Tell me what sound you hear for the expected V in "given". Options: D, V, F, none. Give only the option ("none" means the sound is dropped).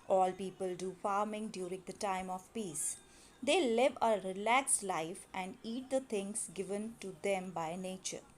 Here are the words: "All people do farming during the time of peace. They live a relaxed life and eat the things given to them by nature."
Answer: V